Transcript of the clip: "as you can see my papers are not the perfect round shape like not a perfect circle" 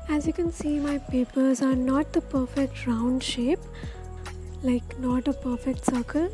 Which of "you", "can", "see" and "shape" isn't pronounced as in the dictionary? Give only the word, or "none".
none